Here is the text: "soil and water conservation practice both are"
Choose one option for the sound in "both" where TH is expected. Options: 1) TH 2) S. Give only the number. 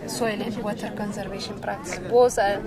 2